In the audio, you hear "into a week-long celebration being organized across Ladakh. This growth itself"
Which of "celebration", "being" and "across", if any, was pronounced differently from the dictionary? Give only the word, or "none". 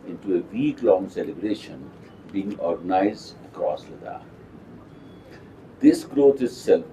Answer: across